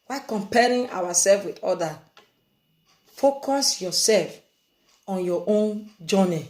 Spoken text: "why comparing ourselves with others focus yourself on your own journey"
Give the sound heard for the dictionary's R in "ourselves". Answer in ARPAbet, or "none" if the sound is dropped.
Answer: W